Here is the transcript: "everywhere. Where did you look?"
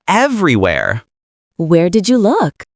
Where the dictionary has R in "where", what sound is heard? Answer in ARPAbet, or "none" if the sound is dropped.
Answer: R